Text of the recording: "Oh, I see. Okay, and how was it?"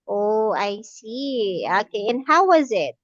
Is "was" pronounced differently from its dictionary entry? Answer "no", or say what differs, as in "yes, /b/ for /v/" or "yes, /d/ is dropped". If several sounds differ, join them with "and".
no